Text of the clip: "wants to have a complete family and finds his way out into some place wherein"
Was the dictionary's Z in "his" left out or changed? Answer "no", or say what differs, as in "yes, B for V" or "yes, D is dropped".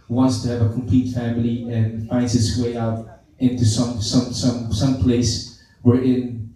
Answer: yes, S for Z